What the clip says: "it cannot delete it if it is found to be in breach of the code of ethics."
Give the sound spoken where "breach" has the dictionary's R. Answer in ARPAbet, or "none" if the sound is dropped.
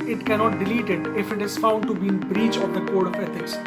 R